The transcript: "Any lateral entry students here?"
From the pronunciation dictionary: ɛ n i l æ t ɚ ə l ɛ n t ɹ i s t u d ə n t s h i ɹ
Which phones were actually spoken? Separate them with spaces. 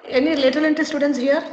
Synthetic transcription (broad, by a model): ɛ n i l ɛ t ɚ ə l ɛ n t i s t u d ə n t s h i ɹ